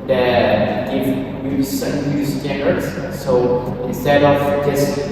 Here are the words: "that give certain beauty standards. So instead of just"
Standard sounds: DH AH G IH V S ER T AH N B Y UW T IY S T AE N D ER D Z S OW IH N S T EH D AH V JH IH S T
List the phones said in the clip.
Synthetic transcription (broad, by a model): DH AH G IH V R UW S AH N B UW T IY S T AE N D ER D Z S OW IH N S T EH D AH V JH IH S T